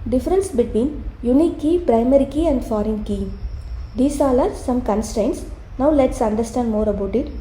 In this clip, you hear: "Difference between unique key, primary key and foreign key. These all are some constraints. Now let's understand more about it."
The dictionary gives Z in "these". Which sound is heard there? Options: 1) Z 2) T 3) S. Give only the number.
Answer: 3